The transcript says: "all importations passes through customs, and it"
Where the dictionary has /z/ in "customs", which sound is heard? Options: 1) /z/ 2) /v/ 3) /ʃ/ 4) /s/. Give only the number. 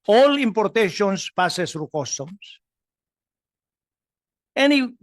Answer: 4